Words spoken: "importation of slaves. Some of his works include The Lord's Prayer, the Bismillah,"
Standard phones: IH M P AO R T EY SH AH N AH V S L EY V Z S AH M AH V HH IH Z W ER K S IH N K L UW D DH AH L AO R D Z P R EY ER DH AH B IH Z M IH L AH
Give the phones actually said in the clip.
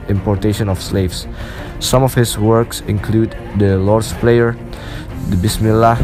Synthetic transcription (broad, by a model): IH M P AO R T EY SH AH N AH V S L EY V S S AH M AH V HH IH S W ER K S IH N K L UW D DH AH L AO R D S P L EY ER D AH B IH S M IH L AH